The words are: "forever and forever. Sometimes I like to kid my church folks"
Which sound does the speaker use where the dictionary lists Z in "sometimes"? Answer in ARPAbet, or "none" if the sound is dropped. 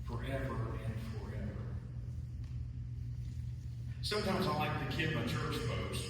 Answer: Z